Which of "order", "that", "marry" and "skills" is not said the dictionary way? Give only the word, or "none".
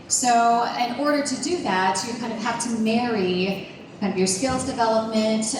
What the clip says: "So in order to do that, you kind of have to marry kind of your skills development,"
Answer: none